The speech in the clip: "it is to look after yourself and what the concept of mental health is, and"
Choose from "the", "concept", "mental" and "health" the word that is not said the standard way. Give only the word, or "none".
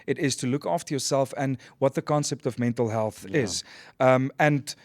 none